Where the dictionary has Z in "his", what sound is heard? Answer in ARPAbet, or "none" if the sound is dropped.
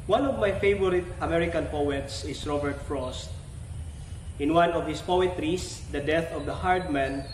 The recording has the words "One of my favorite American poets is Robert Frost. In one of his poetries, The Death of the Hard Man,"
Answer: S